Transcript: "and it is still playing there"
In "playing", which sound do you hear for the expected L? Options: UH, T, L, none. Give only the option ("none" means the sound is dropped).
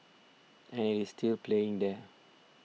L